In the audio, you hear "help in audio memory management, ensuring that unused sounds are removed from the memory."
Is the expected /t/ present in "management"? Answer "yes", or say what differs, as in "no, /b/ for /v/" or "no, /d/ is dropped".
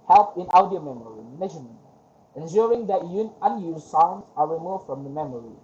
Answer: no, /t/ is dropped